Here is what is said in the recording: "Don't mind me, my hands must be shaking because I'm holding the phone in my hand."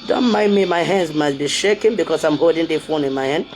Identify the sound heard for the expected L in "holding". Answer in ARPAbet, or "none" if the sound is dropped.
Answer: none